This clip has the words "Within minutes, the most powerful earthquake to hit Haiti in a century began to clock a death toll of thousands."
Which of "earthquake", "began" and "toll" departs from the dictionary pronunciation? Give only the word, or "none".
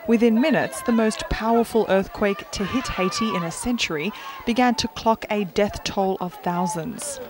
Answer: none